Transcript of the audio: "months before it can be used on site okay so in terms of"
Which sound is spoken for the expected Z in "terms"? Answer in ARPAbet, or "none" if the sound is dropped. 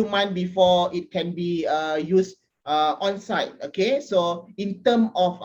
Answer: none